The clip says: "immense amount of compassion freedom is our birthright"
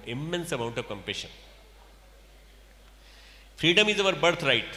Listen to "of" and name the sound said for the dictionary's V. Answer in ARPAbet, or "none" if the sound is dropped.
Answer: V